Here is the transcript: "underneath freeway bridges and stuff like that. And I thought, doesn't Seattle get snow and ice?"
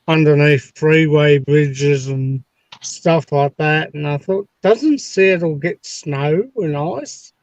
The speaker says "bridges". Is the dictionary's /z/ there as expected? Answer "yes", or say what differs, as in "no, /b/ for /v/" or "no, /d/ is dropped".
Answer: yes